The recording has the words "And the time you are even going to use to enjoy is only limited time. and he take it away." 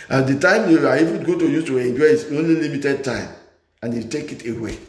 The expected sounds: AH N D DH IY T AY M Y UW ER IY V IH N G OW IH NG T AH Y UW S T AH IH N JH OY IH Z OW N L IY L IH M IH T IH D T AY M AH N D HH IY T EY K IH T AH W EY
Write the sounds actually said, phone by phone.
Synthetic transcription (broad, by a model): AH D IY T AY M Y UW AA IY F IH G OW T AH Y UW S T AH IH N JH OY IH S OW N L IY L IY M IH T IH D T AY M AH N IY T EY K IH T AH W EY